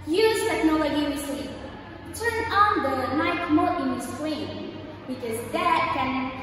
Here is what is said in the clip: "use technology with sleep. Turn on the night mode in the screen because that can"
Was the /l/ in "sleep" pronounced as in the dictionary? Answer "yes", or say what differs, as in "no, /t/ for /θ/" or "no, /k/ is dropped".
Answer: no, /l/ is dropped